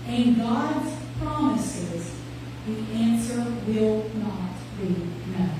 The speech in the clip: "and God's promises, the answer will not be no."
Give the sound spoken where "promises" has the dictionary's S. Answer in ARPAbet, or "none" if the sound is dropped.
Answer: S